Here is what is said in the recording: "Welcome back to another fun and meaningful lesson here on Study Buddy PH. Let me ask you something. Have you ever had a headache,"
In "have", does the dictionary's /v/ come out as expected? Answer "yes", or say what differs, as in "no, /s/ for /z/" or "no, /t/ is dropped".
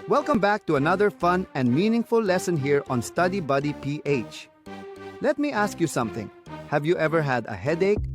yes